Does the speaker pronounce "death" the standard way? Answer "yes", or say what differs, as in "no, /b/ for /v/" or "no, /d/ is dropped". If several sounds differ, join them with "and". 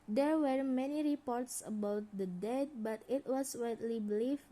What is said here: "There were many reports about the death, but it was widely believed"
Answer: no, /t/ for /θ/